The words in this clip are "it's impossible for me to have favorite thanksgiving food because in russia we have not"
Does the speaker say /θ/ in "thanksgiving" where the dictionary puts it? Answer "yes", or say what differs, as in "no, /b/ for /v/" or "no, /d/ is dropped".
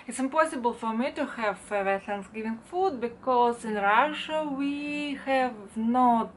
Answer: no, /t/ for /θ/